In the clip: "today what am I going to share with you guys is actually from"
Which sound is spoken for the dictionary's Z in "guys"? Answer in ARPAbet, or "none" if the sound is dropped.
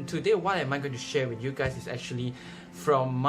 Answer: S